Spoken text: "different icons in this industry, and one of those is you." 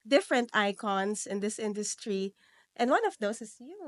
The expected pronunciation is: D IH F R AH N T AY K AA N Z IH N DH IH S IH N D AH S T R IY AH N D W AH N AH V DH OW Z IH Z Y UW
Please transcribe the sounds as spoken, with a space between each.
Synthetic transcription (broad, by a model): D IH F R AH N T AY K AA N S IH N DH IH S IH N D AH S T R IY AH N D W AH N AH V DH OW S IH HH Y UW